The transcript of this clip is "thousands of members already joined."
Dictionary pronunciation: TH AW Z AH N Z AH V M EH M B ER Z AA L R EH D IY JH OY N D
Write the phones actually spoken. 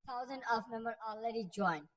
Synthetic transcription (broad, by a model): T AW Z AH N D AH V M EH M B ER AA L R EH D IY JH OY N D